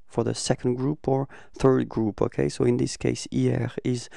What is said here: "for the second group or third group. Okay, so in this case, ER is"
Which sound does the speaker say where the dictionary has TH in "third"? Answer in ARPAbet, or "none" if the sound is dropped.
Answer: TH